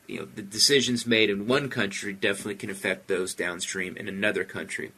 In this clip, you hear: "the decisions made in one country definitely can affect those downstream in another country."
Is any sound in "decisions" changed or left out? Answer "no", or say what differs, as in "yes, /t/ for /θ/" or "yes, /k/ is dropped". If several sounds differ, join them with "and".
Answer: no